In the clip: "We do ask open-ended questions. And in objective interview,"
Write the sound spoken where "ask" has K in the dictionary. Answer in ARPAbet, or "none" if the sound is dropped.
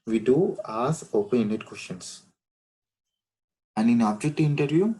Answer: none